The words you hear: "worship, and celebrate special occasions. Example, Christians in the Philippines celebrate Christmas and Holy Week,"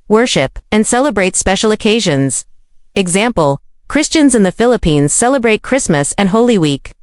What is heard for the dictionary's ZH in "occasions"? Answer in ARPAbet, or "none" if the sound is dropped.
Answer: ZH